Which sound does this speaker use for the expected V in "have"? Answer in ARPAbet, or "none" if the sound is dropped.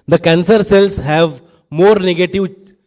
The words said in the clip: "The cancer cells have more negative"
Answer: V